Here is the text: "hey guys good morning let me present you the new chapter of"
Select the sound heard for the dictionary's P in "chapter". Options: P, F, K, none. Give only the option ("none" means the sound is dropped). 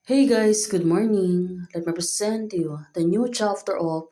F